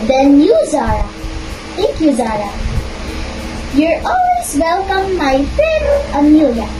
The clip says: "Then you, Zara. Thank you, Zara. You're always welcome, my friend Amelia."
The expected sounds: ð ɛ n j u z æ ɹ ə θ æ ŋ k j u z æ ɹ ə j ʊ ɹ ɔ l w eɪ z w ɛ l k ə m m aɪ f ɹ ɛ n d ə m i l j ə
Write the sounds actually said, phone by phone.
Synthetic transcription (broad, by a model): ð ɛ n j u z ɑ ɹ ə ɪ k j u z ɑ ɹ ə j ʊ ɹ ɔ l w eɪ z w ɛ l k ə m m aɪ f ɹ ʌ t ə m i l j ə